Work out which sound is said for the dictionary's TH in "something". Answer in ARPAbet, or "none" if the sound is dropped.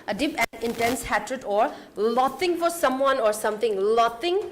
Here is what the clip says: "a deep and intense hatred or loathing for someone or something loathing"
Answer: T